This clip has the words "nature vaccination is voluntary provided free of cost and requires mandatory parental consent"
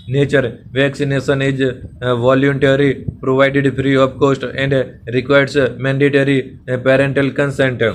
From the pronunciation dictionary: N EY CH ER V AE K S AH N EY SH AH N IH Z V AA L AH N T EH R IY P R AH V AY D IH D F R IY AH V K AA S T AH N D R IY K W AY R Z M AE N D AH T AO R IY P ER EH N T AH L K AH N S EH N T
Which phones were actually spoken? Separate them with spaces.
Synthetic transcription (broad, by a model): N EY CH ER V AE K S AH N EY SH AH N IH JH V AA L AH N T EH R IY P R AH V AY D IH D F R IY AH P K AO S T AH N D R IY K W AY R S M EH N D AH T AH R IY P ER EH N T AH L K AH N S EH N T